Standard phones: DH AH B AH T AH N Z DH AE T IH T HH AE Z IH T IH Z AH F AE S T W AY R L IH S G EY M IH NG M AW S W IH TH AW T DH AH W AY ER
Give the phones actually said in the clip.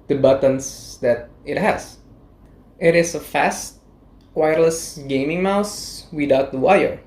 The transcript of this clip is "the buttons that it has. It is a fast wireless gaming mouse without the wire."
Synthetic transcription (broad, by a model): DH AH B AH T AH N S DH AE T IH T HH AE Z IH T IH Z AH F AE S T W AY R L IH S G EY M IH NG M AW S W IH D AW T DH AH W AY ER